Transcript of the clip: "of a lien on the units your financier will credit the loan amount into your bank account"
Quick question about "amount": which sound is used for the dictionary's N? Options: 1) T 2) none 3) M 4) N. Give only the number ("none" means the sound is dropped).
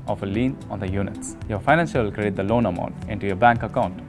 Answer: 4